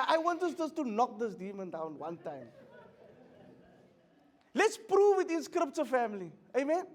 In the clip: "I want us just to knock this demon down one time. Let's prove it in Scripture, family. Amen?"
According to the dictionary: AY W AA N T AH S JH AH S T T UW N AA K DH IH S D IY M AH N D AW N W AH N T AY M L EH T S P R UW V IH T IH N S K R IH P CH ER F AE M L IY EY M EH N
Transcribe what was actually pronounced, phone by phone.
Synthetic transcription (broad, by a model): AY W AA N T AH S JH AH S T T UW N AA K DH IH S D IY M AH N D AW N W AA N T AY M L EH T S P R UW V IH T IH N S K R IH P S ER F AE M L IY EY M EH N